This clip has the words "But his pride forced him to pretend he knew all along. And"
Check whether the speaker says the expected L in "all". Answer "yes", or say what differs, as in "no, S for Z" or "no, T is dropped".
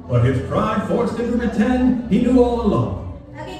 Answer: yes